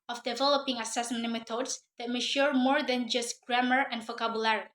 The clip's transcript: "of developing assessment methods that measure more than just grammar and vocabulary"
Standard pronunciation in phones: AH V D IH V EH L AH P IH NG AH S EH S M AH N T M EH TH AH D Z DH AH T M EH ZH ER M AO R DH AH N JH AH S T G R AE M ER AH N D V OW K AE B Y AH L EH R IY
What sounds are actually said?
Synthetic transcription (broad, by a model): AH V D IH V EH L AH P IH NG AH S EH S M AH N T M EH T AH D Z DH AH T M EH SH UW M AO R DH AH N JH AH S T G R AE M ER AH N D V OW K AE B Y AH L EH R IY